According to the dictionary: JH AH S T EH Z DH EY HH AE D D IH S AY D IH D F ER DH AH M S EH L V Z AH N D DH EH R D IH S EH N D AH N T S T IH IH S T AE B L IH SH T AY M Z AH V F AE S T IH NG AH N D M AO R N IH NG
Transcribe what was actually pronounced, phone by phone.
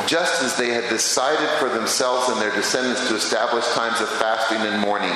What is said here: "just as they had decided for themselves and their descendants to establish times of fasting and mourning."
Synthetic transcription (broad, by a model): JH AH S T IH Z DH EY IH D D IH S AY D IH D F ER DH AH M S EH L V Z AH N DH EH R D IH S EH N D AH N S T IH IH S T AE B L IH SH T AY M Z AH V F AE S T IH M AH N M AO R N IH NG